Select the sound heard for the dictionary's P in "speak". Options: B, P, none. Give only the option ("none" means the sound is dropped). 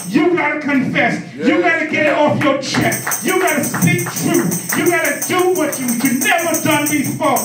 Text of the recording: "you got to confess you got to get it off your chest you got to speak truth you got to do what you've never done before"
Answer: none